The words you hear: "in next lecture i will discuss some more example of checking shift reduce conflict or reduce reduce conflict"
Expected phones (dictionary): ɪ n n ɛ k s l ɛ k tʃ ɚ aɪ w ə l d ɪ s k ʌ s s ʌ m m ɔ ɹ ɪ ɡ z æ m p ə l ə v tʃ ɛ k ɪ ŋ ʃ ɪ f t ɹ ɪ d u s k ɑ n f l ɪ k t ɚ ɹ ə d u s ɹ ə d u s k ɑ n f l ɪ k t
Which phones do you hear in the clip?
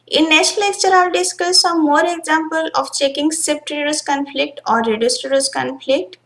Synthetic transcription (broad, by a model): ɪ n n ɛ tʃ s l ɛ k tʃ ɚ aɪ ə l d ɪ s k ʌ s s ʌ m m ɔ ɹ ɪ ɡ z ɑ m p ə l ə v tʃ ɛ k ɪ ŋ s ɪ p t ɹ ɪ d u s k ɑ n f l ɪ k t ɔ ɹ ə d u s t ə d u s k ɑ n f l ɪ k t